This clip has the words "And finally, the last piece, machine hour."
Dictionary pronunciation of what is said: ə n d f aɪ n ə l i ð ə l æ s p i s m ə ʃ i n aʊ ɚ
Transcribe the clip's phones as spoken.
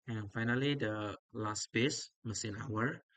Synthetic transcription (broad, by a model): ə n f aɪ n ə l i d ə l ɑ s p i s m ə s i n aʊ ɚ